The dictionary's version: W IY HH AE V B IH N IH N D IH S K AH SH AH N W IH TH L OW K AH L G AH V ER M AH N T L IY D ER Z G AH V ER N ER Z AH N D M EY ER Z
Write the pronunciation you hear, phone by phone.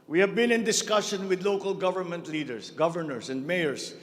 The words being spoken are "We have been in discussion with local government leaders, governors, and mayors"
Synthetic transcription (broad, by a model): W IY HH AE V B IH N IH N D IH S K AH SH AH N W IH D L OW K AH L G AH V ER M AH N T L IY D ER S G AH V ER N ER S AH N D M EY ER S